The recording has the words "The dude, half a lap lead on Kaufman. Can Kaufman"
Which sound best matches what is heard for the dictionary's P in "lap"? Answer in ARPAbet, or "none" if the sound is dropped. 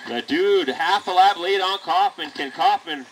B